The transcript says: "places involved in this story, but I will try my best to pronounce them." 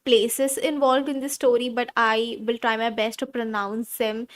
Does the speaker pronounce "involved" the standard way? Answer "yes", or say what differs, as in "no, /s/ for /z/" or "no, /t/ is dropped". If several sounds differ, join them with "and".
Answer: yes